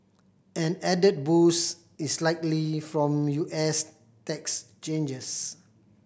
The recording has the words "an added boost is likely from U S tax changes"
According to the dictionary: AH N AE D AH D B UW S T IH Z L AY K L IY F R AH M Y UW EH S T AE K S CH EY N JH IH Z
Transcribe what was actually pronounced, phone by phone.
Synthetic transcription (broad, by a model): AH N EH D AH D B UW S IH S L AY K L IY F R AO M Y UW EH S T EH K S CH EY N JH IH S